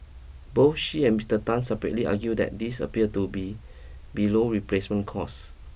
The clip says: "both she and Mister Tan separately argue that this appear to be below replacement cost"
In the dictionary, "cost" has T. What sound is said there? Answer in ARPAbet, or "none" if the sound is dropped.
none